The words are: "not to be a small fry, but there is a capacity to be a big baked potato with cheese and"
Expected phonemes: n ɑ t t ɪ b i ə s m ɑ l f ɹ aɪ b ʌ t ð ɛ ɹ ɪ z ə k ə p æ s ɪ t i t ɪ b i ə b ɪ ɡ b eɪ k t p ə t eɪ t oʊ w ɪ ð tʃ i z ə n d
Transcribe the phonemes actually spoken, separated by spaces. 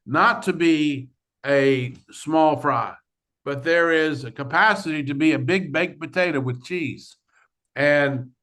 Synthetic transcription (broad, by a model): n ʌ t t ɪ b i ə s m ɑ l f ɹ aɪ b ʌ t ð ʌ ɹ ɪ z ə k ə p æ s ɪ t i t ɪ b i ə b ɪ ɡ b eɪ k p ə t eɪ t oʊ w ɪ ð tʃ i z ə n